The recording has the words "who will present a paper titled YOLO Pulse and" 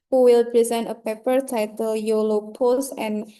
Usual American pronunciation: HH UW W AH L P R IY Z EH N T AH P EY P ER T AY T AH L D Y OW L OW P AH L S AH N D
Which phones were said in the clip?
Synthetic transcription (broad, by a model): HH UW W AH L P R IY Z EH N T AH P EY P ER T AY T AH L Y OW L OW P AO S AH N